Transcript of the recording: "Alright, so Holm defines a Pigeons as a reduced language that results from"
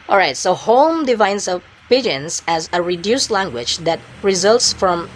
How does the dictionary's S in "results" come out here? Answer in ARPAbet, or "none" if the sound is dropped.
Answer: S